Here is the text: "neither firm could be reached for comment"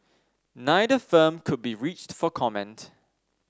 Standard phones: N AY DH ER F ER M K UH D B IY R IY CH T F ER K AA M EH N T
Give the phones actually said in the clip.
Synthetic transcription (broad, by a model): N AY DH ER F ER M K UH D B IY R IY CH T F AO K AA M EH N T